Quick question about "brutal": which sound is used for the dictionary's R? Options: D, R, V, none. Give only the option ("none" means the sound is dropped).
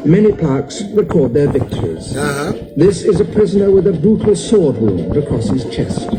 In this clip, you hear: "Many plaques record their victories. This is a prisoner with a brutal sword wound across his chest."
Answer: none